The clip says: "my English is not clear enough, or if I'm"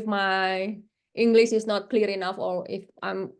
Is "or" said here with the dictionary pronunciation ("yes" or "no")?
no